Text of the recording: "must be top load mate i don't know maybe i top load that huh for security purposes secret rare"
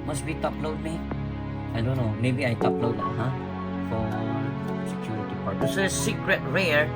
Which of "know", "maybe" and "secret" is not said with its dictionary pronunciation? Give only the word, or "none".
none